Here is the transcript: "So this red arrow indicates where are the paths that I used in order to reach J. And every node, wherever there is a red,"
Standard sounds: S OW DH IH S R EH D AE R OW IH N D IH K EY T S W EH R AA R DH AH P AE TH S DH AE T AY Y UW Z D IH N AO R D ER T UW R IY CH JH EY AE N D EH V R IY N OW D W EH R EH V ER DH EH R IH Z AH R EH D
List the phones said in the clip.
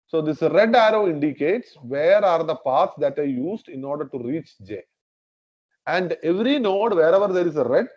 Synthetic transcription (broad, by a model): S OW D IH S R EH D AE R OW IH N D IH K EY T S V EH R AA R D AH P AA T S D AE T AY Y UW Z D IH N AO R D ER T UW R IY CH JH EY AE N D EH V R IY N OW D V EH R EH V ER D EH R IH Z AH R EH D